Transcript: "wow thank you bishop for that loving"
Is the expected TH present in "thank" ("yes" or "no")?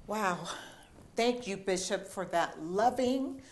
yes